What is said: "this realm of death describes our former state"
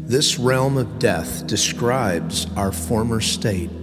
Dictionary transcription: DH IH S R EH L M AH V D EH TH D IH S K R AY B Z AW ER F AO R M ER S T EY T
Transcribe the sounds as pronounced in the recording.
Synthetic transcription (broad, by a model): DH IH S R EH L M AH V D EH TH D IH S K R AY B Z AW ER F AO R M ER S T EY T